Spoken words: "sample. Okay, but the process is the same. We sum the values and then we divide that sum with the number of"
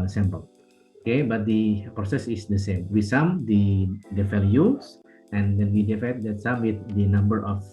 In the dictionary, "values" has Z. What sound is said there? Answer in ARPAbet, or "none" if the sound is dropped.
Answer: S